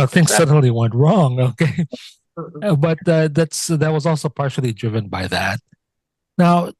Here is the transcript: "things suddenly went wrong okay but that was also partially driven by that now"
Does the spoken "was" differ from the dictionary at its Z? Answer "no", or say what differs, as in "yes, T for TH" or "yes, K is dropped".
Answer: no